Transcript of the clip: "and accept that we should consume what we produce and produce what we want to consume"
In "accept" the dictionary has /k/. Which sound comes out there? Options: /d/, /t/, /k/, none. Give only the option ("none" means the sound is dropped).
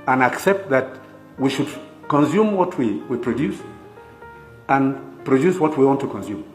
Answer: /k/